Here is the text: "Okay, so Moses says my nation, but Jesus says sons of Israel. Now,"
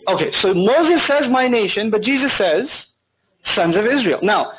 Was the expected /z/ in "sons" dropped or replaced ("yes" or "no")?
no